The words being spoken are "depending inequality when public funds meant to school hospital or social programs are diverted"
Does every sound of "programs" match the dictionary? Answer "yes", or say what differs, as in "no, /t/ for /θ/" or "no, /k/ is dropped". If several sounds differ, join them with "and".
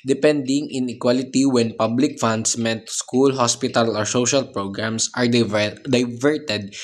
no, /s/ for /z/